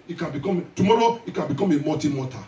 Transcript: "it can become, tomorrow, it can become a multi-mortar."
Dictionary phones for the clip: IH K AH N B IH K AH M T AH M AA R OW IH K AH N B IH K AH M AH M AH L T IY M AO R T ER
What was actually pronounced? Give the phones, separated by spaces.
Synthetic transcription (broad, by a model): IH K AH N B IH K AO M T AH M AA R OW IH K AH N B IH K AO M AH M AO T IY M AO T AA